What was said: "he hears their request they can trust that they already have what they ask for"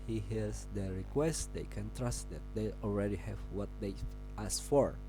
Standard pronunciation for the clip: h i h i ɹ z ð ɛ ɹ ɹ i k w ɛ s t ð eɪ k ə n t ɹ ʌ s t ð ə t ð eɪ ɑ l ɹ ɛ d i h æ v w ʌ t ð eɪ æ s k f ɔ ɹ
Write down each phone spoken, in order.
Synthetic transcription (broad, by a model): h i h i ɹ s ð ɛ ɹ ɹ i k w ɛ s t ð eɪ k ə n t ɹ ʌ s t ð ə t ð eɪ ɑ l ɹ ɛ d i h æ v w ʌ t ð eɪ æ s f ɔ ɹ